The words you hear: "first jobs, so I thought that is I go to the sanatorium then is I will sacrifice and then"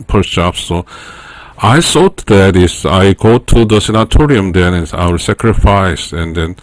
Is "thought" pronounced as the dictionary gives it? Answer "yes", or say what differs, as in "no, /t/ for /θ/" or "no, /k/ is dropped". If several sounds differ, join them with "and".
no, /s/ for /θ/